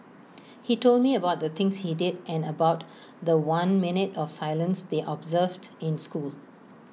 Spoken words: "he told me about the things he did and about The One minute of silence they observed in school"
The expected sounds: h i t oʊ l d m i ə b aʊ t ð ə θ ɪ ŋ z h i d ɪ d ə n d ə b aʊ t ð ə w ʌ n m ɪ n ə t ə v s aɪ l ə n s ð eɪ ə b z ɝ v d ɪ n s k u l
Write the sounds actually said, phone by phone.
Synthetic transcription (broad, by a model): h i t oʊ l d m i ə b aʊ t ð ə t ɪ ŋ s h i d ɪ d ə n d ə b aʊ t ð ə w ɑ n m ɪ n ə t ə f s aɪ l ə n s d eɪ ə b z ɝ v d ɪ n s k u l